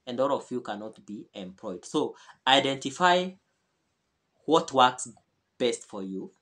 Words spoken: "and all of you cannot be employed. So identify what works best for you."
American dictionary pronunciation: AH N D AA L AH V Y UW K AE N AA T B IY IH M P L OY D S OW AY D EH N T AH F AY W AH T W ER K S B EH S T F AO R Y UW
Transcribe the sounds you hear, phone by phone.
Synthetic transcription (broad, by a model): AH N D AA L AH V Y UW K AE N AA T B IY IH M P L OY D S OW AY D EH N T AH F AY W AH T W ER K S B EH S T F AO R Y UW